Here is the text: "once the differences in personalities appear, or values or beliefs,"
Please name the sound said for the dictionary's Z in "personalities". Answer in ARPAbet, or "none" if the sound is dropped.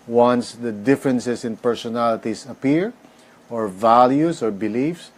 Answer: S